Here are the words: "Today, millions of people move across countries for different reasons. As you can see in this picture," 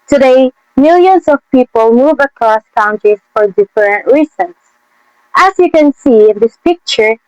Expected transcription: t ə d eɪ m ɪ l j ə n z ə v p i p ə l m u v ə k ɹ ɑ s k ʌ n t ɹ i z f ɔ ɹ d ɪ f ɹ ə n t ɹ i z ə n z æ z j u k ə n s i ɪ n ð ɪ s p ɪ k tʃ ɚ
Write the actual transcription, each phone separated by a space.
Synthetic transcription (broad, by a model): t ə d eɪ m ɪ l j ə n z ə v p i p ə l m u v ə k ɹ ɑ s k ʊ n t i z f ɔ ɹ d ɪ f ɹ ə n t ɹ i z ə n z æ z j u k ə n s i ɪ n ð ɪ s p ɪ k tʃ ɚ